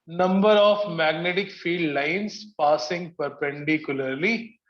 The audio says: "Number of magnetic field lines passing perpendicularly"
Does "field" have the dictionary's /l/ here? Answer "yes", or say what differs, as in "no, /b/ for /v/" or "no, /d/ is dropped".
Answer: no, /l/ is dropped